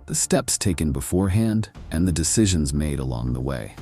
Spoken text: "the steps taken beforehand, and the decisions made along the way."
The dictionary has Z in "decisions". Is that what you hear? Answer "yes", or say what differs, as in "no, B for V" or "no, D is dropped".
yes